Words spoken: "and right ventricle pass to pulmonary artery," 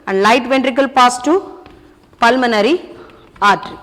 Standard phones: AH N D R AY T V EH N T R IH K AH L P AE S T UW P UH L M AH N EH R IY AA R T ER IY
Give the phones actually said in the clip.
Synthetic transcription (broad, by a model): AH N D L AY T V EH N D R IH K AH L P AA S T UW P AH L M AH N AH R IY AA R T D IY